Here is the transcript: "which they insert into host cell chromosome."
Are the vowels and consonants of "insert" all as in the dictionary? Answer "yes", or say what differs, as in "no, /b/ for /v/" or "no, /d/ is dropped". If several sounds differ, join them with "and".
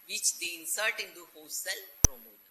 yes